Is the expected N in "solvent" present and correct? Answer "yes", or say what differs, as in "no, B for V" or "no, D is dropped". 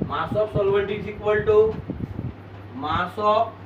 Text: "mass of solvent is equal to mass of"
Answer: no, N is dropped